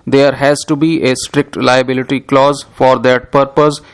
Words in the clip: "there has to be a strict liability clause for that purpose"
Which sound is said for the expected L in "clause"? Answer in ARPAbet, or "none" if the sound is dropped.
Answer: L